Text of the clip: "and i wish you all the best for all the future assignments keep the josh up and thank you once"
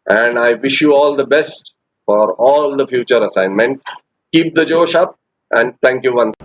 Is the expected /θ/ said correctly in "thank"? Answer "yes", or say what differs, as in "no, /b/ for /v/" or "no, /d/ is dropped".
no, /t/ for /θ/